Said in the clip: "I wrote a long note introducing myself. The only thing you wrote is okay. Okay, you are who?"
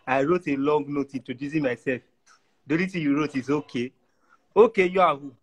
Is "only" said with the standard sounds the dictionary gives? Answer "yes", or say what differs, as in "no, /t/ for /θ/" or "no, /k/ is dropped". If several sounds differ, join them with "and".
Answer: no, /n/ is dropped